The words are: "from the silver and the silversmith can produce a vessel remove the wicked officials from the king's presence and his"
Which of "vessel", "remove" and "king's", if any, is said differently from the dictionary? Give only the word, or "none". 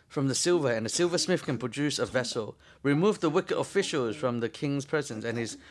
none